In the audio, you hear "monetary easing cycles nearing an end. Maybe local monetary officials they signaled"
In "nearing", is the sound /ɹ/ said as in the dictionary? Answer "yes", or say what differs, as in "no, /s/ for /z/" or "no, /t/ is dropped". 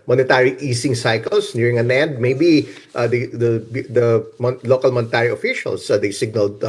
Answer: yes